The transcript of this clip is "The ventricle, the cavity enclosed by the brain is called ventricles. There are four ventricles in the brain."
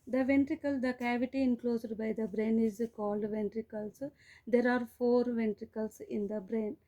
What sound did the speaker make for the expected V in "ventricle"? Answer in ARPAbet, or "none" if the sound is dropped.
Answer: V